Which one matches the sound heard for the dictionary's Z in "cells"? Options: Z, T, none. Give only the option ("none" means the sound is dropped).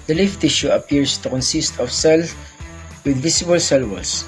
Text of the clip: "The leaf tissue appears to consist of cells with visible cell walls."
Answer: none